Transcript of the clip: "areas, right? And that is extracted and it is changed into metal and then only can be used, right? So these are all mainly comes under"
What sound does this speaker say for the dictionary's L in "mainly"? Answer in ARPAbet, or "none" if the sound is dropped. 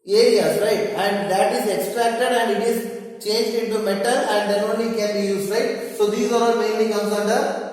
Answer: none